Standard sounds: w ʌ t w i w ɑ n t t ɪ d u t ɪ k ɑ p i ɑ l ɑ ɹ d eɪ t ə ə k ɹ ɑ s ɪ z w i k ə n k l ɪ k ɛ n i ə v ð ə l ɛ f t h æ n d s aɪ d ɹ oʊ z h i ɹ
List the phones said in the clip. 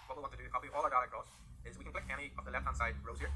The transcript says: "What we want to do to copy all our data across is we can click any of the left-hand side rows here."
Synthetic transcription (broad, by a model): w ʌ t w i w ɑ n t t ɪ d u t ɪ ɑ i ɑ l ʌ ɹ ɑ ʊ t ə ə k ɹ ɑ s ɪ z w i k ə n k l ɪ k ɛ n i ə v ð ə l ɛ f t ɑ n s aɪ d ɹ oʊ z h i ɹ